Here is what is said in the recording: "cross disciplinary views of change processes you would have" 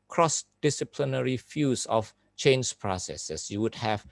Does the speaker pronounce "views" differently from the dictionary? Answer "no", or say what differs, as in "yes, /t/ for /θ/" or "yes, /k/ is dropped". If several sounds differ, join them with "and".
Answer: yes, /f/ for /v/